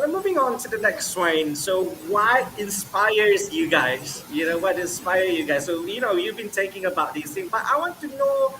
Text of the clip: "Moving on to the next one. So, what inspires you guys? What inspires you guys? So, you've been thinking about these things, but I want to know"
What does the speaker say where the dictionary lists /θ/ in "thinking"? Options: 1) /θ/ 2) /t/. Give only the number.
2